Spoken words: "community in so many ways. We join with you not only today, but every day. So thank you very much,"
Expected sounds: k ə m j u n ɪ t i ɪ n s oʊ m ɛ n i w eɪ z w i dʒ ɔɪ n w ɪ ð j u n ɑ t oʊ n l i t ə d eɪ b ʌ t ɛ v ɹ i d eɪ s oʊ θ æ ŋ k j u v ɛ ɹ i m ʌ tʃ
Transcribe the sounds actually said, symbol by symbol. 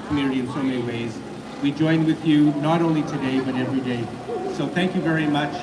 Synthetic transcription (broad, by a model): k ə m j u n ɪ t i ɪ n s oʊ m ɛ n i w eɪ z w i dʒ ɔɪ n w ɪ ð j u n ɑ t oʊ n l i t ə d eɪ b ʌ t ɛ v ɹ i d eɪ s oʊ θ æ ŋ k j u v ɛ ɹ i m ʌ tʃ